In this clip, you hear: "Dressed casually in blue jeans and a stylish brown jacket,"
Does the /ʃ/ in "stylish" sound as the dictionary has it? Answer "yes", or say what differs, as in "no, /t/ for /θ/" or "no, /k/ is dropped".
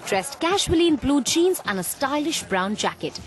yes